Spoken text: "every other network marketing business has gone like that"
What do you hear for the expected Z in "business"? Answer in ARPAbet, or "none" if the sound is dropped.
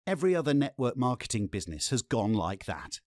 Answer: Z